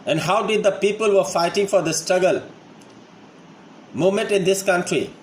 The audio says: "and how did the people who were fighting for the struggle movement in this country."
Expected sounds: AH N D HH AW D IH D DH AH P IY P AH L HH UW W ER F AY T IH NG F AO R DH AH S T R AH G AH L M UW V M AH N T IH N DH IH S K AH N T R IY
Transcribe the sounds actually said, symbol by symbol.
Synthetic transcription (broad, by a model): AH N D HH AW D IH D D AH P IY P AH L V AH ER F AY T IH NG F AO R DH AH S T R AH G AH L M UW M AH N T IH N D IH S K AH N T R IY